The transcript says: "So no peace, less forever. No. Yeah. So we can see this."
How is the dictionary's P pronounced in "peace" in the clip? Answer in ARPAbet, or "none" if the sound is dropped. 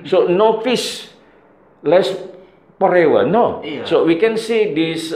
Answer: F